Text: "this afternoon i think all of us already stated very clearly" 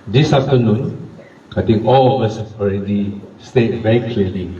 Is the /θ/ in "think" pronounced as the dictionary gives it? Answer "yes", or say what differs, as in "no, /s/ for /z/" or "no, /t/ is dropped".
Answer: no, /t/ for /θ/